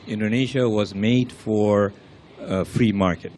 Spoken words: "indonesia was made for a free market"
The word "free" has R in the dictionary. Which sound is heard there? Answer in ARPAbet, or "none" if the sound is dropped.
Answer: R